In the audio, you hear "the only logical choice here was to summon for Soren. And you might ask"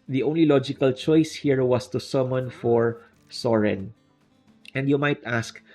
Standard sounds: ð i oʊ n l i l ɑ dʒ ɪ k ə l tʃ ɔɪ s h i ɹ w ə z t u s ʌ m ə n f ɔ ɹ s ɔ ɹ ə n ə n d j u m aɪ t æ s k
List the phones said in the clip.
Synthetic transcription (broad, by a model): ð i oʊ n l i l ɑ dʒ ɪ k ə l tʃ ɔɪ s h i ɹ w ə s t u s ʌ m ə n f ɔ ɹ s ɔ ɹ ə n ə n d j u m aɪ t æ s k